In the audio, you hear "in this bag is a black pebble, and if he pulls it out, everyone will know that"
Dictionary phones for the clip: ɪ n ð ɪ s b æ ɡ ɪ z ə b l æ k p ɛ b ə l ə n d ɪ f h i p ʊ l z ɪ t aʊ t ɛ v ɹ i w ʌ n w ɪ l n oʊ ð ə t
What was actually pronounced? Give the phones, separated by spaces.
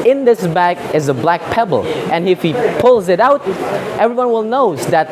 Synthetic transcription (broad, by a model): ɪ n ð ɪ s b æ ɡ ɪ z ə b l æ k p ɛ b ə l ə n ɪ f h i p ʊ l z ɪ t aʊ t ɛ v ɹ i w ʌ n w ɪ l n oʊ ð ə t